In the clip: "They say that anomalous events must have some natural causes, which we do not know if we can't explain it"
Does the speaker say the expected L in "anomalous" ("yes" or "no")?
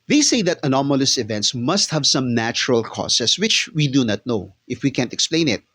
yes